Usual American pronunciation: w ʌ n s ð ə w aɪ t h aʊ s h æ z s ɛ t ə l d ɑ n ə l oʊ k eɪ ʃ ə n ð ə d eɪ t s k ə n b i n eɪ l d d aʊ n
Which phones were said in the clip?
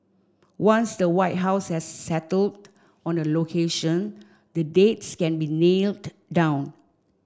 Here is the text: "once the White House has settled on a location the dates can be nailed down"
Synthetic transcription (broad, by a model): w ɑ n s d ə w aɪ t h aʊ s h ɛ s ɛ t ə l d ɑ n ə l oʊ k eɪ ʃ ə n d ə d eɪ t s k ə n b i n eɪ l d d aʊ n